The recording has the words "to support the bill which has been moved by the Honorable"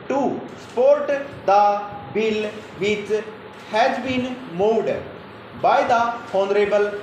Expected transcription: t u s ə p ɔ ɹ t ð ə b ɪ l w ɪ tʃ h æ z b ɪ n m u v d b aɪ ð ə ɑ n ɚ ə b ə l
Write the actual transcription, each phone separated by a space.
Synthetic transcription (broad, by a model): t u s p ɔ ɹ t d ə b ɪ l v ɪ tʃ h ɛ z b ɪ n m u d b aɪ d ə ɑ n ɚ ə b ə l